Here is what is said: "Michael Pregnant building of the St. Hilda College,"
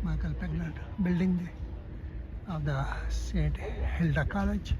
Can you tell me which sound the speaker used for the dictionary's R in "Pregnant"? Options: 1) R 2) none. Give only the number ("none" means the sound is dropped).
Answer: 2